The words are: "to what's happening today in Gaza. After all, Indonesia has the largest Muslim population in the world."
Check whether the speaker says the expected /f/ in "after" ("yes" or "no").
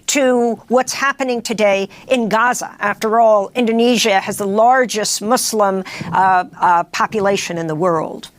yes